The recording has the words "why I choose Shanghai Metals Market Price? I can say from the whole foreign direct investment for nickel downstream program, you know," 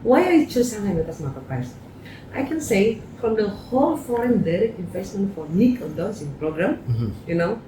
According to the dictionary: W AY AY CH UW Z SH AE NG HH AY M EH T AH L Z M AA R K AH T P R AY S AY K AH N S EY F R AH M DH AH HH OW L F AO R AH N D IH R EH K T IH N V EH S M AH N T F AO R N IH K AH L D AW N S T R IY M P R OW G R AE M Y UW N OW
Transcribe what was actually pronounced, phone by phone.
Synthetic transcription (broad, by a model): W AY AY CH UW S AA HH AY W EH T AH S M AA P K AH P AY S AY K AH N S EY F R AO M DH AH HH OW L F AO R AH N D IH R EH K T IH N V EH S M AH N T F AO R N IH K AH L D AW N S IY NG P R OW G R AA M Y UW N OW